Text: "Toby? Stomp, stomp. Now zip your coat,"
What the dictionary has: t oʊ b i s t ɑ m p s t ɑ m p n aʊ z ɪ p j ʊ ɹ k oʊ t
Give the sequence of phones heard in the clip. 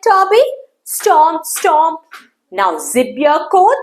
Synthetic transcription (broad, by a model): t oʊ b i s t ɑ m s t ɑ m n aʊ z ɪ b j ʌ k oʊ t